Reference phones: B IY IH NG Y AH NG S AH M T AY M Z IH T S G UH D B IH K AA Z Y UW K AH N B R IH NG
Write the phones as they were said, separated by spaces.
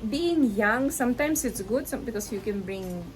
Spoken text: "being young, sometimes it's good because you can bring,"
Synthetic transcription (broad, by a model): B IY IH NG Y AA NG S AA M T AY M S IH T S G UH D B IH K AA S Y UW K AH N B R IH NG